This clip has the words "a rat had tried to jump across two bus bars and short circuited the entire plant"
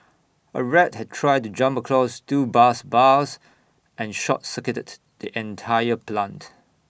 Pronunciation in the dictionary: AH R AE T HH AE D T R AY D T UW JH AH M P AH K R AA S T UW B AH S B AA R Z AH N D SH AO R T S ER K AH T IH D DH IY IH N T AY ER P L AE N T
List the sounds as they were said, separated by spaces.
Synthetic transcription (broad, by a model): AH R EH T HH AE D T R AY D T UW JH AH M P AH K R AA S T UW B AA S B AA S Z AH N SH AO T S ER K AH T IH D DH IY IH N T AY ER P L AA N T